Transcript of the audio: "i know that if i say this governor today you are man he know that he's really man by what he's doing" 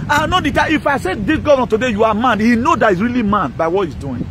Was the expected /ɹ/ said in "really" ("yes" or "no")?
yes